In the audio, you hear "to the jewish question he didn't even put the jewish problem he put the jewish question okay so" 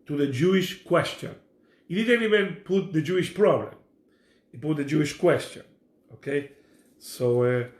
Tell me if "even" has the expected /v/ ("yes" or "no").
no